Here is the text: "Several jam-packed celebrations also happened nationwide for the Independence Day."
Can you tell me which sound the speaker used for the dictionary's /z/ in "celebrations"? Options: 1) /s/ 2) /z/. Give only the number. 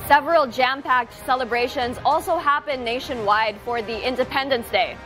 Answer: 2